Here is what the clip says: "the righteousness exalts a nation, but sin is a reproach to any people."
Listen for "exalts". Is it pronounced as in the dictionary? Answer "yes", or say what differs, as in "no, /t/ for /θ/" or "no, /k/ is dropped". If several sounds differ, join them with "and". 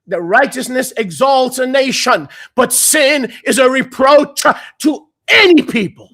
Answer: yes